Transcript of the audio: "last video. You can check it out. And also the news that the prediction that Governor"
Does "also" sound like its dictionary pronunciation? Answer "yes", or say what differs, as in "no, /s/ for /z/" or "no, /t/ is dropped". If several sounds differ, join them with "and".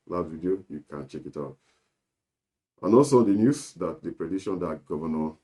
no, /l/ is dropped